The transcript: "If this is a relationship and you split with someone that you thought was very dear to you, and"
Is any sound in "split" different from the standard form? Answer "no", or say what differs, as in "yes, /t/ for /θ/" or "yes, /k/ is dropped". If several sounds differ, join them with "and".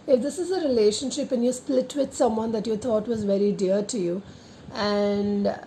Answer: no